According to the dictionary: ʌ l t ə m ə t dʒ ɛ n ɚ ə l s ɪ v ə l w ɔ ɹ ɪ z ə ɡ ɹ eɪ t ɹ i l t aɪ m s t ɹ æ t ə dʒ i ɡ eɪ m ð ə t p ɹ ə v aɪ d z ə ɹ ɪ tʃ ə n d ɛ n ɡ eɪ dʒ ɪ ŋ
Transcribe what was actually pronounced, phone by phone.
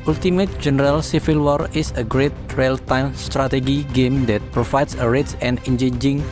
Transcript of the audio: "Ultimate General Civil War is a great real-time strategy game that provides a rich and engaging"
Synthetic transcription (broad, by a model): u l t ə m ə t dʒ ɛ n ɚ ə l s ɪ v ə l w ɔ ɹ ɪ s ə ɡ ɹ eɪ t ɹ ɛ l t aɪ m s t ɹ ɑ t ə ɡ i ɡ eɪ m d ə t p ɹ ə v aɪ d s ə ɹ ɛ s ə n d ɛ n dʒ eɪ dʒ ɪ ŋ